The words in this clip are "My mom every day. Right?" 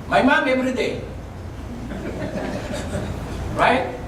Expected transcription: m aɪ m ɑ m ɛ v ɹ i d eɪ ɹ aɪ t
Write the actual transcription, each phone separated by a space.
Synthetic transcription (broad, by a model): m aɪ m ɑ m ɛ b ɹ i d eɪ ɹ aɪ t